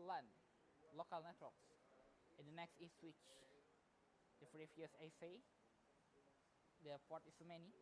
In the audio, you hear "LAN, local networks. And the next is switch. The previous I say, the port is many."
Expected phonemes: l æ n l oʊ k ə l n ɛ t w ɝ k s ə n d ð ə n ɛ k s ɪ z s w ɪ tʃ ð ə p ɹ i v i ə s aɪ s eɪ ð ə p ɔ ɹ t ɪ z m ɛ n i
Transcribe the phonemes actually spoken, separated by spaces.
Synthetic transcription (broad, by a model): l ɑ n l oʊ k ə l n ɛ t w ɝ k s ə n d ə n ɛ k s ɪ s w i tʃ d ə f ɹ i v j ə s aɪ s eɪ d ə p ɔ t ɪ s m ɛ n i